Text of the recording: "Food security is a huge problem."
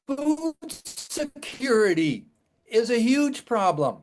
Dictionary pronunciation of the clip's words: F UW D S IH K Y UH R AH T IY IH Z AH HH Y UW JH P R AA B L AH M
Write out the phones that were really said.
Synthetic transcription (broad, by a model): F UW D S IH K Y UH R AH T IY IH Z AH HH Y UW JH P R AA B L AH M